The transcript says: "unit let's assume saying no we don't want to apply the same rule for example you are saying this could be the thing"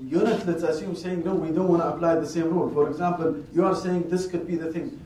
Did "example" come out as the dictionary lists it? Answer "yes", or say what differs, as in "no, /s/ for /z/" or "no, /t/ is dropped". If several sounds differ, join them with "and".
yes